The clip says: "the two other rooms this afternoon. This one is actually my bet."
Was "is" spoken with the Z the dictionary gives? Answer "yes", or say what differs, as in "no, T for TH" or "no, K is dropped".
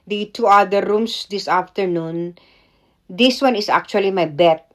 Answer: no, S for Z